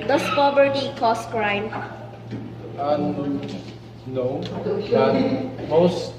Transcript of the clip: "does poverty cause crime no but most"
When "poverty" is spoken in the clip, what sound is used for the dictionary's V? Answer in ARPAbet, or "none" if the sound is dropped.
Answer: B